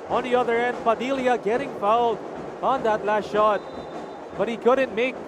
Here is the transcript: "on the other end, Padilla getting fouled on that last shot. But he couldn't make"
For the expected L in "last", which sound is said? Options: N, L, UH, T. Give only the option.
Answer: L